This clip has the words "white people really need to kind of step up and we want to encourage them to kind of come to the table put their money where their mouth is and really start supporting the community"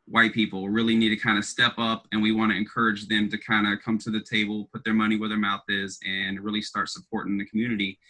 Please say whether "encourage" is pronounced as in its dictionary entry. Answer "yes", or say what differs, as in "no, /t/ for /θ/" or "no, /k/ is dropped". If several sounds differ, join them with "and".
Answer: yes